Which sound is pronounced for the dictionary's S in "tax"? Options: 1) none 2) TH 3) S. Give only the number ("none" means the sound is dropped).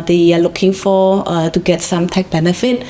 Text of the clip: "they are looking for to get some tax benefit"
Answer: 1